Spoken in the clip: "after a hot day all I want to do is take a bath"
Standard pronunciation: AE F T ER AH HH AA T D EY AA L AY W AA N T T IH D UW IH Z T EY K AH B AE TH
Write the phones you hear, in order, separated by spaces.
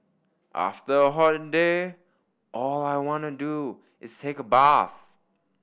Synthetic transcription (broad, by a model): AE F T ER AH HH AA T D EY AA L AY W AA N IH D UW IH Z T EY K AH B AE TH